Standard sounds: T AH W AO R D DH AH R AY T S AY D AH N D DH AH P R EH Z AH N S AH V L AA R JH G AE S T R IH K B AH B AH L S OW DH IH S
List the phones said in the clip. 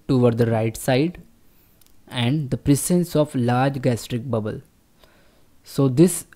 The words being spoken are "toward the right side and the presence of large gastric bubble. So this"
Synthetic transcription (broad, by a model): T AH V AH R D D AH R AY T S AY D AH N D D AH P R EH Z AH N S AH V L AA R JH G AE S T R IH K B AH B AH L S OW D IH S